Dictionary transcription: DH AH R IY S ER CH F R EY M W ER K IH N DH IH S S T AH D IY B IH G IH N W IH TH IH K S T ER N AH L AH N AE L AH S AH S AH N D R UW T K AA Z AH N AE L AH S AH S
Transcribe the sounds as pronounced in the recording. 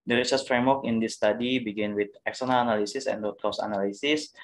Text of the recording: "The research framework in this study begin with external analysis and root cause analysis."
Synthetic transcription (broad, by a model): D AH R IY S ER S F R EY M W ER K IH N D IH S S T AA D IY B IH G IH N W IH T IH K S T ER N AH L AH N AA L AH S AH S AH N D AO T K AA S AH N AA L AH S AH S